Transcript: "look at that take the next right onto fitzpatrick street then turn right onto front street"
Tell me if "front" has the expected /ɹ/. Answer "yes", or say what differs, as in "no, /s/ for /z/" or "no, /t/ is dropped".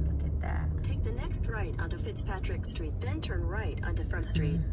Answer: no, /ɹ/ is dropped